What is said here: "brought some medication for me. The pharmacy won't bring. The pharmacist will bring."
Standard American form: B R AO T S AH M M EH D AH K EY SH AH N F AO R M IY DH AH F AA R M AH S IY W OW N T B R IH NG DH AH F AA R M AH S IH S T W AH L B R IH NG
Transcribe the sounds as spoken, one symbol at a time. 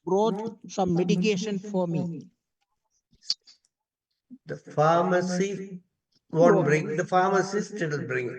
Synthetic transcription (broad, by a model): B R AO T S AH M M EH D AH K EY SH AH N F AO R M IY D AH F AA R M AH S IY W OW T B R IH NG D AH F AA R M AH S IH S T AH N B R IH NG